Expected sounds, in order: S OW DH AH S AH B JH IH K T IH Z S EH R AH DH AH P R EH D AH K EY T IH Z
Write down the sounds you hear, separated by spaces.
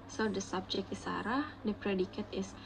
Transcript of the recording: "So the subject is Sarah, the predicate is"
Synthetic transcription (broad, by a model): S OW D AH S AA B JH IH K IH S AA R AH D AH P R EH D AH K EY T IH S